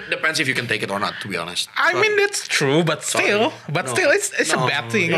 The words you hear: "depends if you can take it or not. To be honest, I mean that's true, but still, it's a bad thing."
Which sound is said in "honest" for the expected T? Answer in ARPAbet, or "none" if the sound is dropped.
T